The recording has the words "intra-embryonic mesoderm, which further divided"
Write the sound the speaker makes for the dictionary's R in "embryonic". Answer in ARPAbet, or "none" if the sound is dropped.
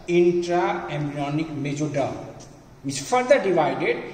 none